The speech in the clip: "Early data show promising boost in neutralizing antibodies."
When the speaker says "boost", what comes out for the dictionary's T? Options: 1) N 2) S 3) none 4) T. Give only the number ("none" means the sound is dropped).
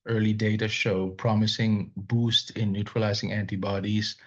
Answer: 4